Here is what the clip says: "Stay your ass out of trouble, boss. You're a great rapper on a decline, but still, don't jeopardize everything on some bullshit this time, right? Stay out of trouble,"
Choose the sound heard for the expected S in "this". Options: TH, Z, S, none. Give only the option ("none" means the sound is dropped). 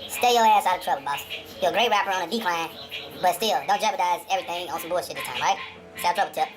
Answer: none